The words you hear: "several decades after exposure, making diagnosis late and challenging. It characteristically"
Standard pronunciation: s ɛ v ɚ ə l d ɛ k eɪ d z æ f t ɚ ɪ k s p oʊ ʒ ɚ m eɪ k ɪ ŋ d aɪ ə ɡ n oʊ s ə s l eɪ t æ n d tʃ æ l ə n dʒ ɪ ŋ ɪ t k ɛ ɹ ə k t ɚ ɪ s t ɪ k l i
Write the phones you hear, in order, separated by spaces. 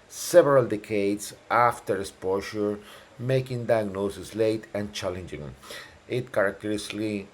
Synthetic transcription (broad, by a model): s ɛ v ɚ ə l d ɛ k eɪ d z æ f t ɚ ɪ s p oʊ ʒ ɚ m eɪ k ɪ ŋ d aɪ ə ɡ n oʊ s ə s l eɪ t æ n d tʃ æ l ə n dʒ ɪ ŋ ɪ t k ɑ ɹ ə k t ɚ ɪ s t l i